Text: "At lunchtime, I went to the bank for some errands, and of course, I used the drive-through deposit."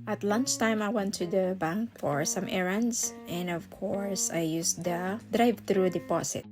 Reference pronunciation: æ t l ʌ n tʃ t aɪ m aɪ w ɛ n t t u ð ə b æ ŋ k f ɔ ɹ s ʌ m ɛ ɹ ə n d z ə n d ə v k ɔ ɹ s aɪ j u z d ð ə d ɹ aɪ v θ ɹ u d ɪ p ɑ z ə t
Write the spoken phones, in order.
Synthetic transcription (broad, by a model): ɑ t l ʌ n tʃ t aɪ m aɪ w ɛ n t t u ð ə b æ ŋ k f ɔ ɹ s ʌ m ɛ ɹ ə n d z ə n d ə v k ɔ ɹ s aɪ j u s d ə d ɹ aɪ v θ ɹ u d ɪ p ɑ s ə t